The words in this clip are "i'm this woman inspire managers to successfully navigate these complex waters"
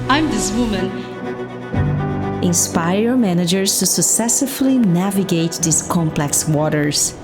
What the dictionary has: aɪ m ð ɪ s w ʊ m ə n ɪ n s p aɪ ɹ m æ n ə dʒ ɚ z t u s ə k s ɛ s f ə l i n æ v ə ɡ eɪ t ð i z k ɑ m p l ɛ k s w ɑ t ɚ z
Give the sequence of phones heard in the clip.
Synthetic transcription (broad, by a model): aɪ m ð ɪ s w ʊ m ə n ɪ n s p aɪ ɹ m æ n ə dʒ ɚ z t u s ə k s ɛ s ə l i n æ v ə ɡ eɪ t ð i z k ɑ m p l ɛ k s w ɑ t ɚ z